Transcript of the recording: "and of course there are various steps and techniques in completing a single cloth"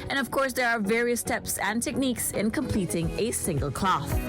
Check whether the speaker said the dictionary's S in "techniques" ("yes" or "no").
yes